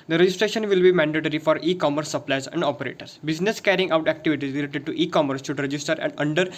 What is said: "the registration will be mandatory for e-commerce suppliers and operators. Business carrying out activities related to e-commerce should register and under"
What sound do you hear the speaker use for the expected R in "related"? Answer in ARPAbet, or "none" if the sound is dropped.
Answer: L